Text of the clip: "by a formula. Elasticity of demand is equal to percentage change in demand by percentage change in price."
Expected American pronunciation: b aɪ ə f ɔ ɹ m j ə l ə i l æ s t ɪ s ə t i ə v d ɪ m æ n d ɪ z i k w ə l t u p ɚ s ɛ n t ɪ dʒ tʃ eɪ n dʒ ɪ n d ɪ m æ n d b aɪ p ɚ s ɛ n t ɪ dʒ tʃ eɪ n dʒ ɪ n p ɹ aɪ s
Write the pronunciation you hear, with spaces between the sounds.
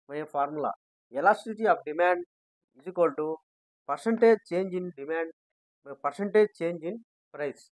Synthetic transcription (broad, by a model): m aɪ ə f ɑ ɹ m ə l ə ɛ l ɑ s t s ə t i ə p d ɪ m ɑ n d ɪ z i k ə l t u p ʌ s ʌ n t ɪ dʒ tʃ eɪ n dʒ ɪ n d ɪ m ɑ n d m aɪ p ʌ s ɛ n t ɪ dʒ tʃ eɪ n dʒ ɪ n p ɹ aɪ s